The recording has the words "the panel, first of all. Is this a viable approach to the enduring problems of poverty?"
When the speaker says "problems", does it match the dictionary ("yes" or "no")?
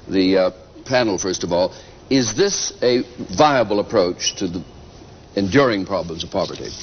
yes